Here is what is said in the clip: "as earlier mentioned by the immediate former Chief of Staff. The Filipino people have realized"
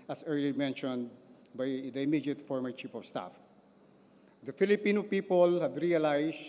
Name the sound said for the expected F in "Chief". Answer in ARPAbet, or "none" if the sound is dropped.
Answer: P